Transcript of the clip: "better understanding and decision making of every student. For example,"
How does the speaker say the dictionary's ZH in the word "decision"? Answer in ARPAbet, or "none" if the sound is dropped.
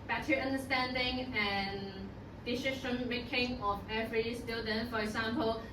SH